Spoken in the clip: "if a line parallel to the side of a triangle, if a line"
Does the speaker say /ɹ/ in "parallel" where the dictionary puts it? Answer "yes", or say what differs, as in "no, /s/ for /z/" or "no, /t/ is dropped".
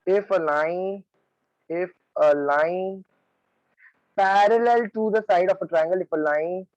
yes